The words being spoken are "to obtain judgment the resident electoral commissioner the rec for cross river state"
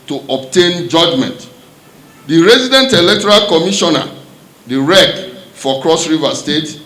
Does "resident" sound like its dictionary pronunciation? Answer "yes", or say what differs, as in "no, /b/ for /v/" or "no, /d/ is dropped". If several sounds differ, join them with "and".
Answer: yes